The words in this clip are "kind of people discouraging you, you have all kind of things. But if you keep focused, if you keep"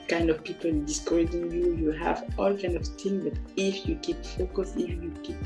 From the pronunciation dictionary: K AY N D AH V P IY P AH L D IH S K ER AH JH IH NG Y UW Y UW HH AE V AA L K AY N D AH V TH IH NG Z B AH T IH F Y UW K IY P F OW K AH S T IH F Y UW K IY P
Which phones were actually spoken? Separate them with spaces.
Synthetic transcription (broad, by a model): K AY N D AH V P IY P AH L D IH S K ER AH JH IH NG Y UW Y UW HH AE V AA L K AY N D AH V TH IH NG B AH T IH F Y UW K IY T F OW K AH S IH F Y UW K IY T